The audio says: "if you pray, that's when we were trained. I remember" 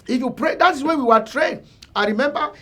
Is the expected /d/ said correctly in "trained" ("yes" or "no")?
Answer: no